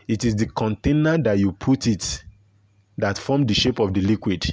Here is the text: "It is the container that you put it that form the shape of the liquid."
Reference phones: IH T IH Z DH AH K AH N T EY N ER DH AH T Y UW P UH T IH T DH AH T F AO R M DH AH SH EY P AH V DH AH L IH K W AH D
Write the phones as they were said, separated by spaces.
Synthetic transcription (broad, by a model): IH T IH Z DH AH K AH N T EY N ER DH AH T Y UW P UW T IH T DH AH T F AO M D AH SH EY P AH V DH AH L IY K W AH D